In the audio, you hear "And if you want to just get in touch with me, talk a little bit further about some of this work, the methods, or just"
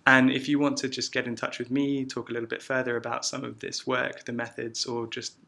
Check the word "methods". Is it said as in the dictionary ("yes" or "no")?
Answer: yes